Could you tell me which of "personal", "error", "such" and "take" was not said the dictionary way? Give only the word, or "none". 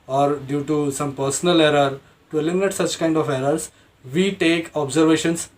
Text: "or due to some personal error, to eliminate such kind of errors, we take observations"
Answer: none